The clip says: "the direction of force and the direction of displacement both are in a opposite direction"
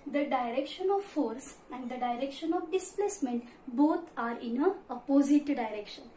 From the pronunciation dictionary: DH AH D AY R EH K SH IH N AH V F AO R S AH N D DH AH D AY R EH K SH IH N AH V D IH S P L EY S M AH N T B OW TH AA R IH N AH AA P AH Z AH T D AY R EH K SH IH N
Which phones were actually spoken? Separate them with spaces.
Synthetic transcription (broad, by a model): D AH D AY R EH K SH IH N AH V F AO R S AH N D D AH D AY R EH K SH IH N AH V D IH S P L EY S M AH N T B OW T AA R IH N AH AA P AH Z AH T D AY R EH K SH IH N